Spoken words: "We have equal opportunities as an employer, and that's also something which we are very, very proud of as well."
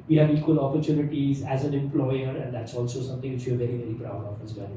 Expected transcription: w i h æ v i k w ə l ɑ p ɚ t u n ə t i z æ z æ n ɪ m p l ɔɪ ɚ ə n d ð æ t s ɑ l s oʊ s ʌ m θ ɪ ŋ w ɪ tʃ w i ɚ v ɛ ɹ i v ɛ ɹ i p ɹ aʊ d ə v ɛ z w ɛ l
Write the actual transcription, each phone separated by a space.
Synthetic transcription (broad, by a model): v i h æ v i k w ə l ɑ p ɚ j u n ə t i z æ z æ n ɪ m p l ɔɪ ɚ ə n d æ t s ɑ l s oʊ s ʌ m t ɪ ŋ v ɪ tʃ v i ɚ v ɛ ɹ i v ɛ ɹ i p ɹ aʊ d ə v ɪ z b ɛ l